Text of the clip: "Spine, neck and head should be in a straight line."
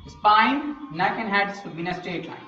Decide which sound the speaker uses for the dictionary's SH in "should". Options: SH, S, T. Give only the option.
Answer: S